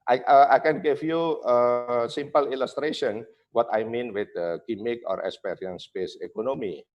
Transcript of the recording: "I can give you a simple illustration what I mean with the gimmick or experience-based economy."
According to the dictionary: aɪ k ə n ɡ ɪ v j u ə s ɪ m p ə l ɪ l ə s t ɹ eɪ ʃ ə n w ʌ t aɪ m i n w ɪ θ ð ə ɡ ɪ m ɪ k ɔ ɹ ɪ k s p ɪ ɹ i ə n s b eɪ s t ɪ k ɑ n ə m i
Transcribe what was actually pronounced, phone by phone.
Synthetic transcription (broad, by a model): aɪ k ə n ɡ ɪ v j u ə s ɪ m p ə l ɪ l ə s t ɹ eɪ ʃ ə n w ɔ t aɪ m i n w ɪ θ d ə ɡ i m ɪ k ɔ ɹ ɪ k s p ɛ ɹ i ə n s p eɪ s ɪ k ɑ n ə m i